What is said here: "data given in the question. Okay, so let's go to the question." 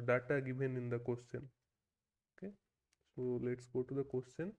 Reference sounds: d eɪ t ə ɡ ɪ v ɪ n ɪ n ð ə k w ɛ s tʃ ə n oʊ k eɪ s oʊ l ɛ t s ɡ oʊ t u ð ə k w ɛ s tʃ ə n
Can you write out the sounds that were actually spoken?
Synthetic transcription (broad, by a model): d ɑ t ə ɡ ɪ b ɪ n ɪ n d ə k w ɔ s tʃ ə n oʊ k eɪ s oʊ l ɛ t s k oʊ t u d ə k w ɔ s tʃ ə n